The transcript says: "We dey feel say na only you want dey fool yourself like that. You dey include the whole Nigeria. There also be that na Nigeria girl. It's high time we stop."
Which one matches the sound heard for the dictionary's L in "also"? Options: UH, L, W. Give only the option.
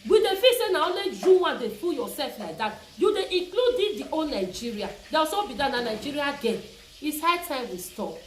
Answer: W